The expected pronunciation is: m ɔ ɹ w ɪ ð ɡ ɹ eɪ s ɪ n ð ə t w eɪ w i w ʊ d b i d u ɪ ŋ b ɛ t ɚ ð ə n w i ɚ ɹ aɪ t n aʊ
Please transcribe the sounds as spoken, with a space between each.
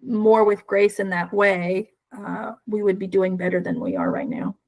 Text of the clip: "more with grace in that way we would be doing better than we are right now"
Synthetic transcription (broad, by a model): m ɔ ɹ w ɪ ð ɡ ɹ eɪ s ɪ n ð ə t w eɪ w i w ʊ d b i d u ɪ ŋ b ɛ t ɚ ð ə n w i ɚ ɹ aɪ t n aʊ